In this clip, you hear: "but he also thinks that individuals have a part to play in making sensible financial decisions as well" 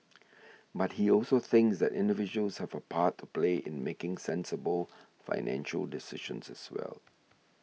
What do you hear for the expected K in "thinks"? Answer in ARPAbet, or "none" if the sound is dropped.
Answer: K